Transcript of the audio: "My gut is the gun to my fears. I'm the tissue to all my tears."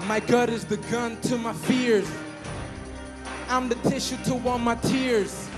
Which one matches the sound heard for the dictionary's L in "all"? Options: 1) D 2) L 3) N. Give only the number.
3